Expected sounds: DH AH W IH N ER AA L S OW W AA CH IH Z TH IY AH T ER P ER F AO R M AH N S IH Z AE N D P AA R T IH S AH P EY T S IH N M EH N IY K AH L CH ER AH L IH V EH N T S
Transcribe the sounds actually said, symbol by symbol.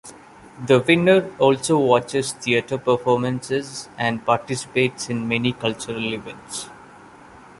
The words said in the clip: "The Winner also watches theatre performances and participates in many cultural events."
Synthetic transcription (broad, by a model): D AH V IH N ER AA L S OW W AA CH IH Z T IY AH T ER P ER F AO R M AH N S IH Z AE N D P AA R T IH S AH P EY T S IH N M EH N IY K AH L CH ER AH L IH V EH N T S